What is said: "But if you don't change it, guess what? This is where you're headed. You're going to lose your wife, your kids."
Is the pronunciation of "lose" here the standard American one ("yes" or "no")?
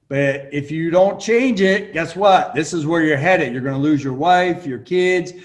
yes